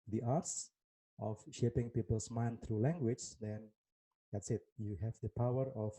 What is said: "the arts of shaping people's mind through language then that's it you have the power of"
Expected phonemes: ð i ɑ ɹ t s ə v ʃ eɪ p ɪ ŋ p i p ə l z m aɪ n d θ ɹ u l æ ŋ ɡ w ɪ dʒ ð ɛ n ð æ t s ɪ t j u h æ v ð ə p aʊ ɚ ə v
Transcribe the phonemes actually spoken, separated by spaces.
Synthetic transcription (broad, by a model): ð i ɑ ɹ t s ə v ʃ eɪ p ɪ ŋ p i p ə l s m aɪ n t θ ɹ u l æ ŋ ɡ w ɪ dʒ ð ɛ n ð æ t s ɪ t j u h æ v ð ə p aʊ ɚ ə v